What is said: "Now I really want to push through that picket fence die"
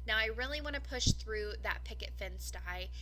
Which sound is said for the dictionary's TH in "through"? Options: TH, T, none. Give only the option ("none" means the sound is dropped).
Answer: TH